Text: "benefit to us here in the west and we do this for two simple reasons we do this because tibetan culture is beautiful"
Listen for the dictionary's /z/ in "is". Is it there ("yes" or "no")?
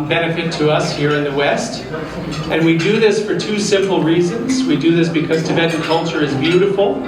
yes